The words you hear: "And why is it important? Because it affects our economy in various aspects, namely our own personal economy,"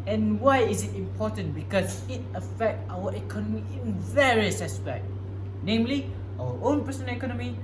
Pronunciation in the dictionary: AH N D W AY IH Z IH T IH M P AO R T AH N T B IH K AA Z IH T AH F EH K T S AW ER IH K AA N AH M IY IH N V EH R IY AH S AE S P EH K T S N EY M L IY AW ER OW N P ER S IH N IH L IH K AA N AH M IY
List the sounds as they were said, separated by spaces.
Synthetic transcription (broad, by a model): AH N W AY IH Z IH T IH M P AO T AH N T B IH K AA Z IH T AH F EH K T AW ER IH K AA N AH M IY IH N V EH R IY AH S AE S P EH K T N EY M L IY AW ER OW N P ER S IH N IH K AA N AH M IY